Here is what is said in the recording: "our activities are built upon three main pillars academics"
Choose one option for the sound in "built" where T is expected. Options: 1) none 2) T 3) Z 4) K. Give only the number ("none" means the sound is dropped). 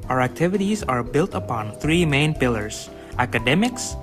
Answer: 2